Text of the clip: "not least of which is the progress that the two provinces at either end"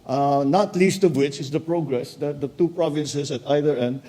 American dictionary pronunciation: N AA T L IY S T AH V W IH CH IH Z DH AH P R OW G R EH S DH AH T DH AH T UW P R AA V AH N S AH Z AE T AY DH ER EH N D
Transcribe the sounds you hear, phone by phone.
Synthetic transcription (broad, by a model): N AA T L IY S T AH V W IH CH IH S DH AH P R OW G R EH S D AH T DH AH T UW P R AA V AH N S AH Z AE T AY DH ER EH N D